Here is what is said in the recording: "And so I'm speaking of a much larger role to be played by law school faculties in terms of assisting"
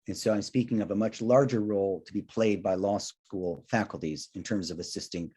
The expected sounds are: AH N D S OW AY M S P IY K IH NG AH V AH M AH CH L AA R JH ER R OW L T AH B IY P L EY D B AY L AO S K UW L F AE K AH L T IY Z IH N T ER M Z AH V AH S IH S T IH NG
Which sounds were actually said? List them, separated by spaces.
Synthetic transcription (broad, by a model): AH N S OW AY M S P IY K IH NG AH V AH M AH CH L AA R JH ER R OW L T AH B IY P L EY D B AY L AO S K UW L F AE K L T IY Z IH N T ER M Z AH V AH S IH S T IH NG